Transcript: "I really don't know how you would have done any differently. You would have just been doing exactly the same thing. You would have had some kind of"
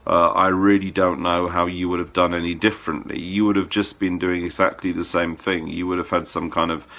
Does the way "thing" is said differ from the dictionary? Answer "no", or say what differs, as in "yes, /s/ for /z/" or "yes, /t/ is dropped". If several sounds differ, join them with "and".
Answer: no